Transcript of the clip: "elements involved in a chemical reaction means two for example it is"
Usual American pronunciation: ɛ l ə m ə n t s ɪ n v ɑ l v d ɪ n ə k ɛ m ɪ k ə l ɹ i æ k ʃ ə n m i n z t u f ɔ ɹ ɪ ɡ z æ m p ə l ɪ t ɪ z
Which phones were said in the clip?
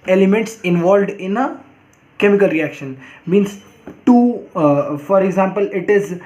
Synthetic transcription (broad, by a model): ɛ l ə m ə n t s ɪ n v ɑ l v d ɪ n ə k ɛ m ɪ k ə l ɹ i æ k ʃ ə n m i n s t u f ɔ ɹ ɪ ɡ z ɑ m p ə l ɪ t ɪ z